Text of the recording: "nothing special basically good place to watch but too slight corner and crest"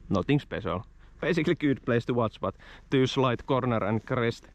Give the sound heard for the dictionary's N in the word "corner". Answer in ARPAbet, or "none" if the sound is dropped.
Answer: N